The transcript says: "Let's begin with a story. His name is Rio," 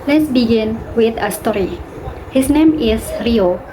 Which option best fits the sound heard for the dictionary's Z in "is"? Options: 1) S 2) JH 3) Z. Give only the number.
1